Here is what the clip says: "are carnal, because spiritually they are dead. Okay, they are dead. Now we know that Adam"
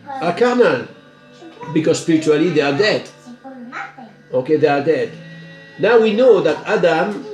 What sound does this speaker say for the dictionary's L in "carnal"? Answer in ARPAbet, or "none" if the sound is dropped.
N